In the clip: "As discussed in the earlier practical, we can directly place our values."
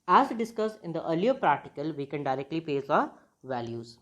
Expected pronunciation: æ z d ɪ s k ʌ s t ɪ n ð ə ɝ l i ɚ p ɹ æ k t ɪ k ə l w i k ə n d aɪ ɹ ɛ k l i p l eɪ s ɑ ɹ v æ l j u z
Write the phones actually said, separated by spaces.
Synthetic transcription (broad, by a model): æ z d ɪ s k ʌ s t ɪ n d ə ɝ l i ɚ p ɹ æ k t ɪ k ə l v i k ə n d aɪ ɹ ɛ k l i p eɪ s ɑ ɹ v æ l j u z